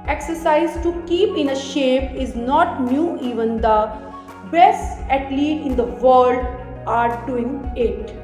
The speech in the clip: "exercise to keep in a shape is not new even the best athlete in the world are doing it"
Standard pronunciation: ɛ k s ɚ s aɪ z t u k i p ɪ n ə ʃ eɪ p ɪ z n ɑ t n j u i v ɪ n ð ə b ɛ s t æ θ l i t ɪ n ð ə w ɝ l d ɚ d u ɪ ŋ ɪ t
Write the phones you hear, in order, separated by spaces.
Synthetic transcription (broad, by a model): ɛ k s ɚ s aɪ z t u k i p ɪ n ə ʃ eɪ p ɪ z n ɑ t n j u i v ɪ n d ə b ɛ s æ t l i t ɪ n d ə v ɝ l d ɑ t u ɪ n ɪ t